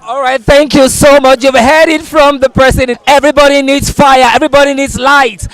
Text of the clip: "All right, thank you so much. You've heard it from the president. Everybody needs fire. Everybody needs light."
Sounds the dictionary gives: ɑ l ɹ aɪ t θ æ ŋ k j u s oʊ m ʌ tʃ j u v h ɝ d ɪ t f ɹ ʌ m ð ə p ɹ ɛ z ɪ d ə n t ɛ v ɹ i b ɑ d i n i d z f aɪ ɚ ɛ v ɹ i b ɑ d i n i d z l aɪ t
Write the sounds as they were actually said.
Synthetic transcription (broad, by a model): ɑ l ɹ aɪ t θ æ ŋ k j u s oʊ m ʌ tʃ j u v h ɝ d ɪ t f ɹ ʌ m ð ə p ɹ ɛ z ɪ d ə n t ɛ v ɹ i b ɑ d i n i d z f aɪ ɚ ɛ v ɹ i b ɑ d i n i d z l aɪ t